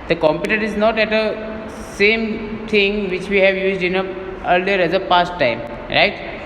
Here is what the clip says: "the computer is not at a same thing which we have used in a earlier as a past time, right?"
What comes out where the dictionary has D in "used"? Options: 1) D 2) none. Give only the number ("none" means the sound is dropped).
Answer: 1